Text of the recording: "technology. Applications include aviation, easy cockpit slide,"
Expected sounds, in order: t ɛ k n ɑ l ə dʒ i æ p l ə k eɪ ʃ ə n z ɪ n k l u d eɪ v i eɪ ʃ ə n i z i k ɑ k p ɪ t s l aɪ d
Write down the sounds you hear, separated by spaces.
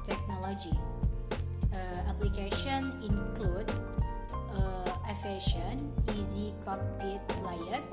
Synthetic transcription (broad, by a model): t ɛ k n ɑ l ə dʒ i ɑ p l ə k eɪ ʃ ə n ɪ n k l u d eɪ f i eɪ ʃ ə n i z i k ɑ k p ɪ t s l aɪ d